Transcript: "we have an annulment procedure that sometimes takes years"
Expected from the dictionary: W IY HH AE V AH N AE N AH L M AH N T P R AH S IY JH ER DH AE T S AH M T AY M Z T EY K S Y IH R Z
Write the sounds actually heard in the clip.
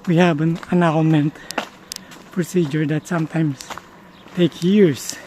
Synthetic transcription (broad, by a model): W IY HH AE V AH N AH N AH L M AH N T P R AH S IY JH ER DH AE T S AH M T AY M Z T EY K Y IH R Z